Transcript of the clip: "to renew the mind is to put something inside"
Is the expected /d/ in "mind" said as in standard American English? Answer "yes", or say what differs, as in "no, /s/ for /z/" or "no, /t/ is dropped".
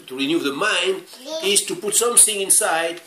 yes